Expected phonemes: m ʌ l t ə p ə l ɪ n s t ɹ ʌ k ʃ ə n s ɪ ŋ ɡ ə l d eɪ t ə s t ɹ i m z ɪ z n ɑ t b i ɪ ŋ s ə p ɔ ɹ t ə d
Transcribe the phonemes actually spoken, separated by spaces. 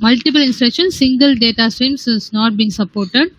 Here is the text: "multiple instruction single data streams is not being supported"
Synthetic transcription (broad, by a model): m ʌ l t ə p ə l ɪ n s t ɹ ʌ k ʃ ə n s ɪ ŋ ɡ ə l d eɪ t ə s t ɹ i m s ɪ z n ɑ t b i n s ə p ɔ ɹ t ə d